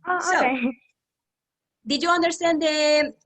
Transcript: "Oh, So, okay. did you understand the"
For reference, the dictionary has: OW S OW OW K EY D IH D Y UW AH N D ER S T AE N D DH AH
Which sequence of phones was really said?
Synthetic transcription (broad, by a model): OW S OW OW EY D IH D Y UW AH N D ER S T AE N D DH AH